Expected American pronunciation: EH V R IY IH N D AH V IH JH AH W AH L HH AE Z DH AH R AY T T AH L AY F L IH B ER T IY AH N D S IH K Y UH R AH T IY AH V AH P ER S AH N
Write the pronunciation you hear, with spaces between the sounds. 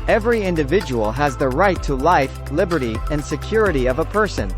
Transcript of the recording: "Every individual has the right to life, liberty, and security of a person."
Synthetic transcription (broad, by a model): EH V R IY IH N D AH V IH JH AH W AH L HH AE Z DH AH R AY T T AH L AY F L IH B ER T IY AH N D S IH K Y UH R AH T IY AH V AH P ER S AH N